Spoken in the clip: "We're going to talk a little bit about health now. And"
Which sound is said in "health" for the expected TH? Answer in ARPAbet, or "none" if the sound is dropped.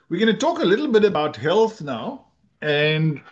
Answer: T